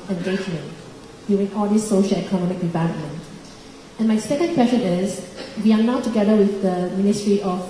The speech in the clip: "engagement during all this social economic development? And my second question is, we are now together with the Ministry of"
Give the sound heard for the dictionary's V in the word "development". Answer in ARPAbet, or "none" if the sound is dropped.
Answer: V